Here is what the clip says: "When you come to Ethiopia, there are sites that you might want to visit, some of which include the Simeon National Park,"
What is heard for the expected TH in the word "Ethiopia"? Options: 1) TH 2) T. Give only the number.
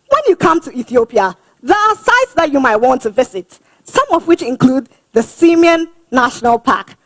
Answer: 1